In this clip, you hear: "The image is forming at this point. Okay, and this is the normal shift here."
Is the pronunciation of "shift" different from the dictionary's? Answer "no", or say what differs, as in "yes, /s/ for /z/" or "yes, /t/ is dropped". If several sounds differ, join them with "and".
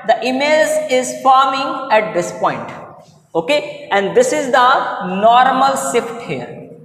yes, /s/ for /ʃ/